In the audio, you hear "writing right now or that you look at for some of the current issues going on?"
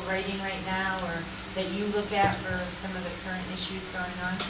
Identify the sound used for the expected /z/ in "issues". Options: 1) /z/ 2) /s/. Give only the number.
1